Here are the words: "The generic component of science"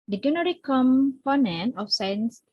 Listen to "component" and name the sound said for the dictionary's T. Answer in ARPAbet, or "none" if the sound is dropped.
none